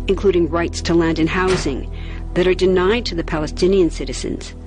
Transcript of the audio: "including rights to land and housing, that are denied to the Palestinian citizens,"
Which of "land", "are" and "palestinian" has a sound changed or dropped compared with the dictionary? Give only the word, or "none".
none